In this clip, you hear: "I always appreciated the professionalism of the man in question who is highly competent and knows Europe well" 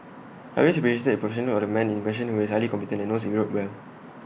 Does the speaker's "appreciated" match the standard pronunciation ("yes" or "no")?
no